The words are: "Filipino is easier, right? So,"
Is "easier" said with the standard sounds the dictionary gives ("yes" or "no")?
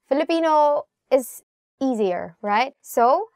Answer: yes